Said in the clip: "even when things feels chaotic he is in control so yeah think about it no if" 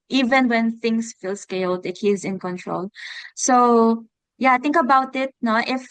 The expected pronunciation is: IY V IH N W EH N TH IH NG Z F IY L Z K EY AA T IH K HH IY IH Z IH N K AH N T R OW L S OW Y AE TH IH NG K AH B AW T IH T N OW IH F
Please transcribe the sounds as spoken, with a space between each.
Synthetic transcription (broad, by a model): IY V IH N W EH N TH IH NG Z F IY L S K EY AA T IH K HH IY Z IH N K AH N T R OW L S OW Y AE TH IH NG K AH B AW T IH T N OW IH F